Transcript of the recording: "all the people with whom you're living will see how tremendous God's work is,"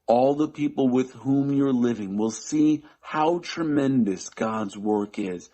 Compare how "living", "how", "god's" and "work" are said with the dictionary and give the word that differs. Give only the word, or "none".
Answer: none